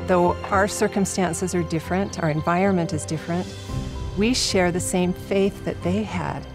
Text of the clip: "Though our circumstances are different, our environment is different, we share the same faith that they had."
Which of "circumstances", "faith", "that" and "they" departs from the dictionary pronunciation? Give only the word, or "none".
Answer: none